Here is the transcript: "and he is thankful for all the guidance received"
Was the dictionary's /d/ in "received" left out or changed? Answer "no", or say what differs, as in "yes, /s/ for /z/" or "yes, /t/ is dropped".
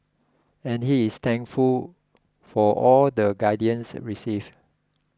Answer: yes, /d/ is dropped